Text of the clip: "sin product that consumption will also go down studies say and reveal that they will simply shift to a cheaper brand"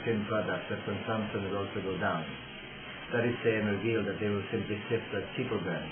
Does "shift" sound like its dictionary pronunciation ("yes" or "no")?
no